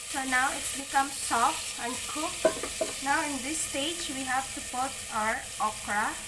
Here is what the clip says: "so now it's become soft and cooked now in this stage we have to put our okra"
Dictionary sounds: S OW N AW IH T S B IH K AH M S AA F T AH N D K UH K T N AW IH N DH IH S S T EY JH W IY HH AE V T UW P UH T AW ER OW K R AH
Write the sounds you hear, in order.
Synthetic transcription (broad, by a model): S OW N AW IH T S B IH K AH M S AA F T AH N D K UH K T N AW IH N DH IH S S T EY JH W IY HH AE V T UW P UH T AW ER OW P R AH